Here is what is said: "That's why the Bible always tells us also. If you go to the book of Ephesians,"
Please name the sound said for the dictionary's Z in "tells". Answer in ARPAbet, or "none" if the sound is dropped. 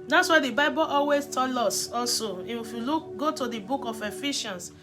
none